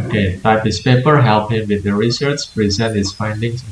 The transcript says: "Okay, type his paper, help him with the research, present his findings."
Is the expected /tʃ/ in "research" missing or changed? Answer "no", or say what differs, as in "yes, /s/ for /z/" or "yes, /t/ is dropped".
yes, /s/ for /tʃ/